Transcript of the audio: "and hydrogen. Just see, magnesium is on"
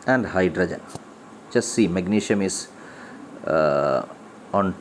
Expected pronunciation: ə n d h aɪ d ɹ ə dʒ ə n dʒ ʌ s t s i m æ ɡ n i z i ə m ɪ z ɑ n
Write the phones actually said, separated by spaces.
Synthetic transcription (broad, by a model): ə n d h aɪ d ɹ ə dʒ ə n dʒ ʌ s s i m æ ɡ n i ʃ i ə m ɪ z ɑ n